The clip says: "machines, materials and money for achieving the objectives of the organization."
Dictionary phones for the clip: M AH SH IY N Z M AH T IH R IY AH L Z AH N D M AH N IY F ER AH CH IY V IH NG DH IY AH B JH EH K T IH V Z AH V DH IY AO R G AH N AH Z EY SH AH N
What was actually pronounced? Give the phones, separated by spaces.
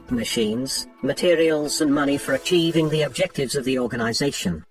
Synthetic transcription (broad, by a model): M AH SH IY N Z M AH T IH R IY AH L Z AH N M AH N IY F ER AH CH IY V IH NG DH IY AH B JH EH K T IH V Z AH V DH IY AO R G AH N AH Z EY SH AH N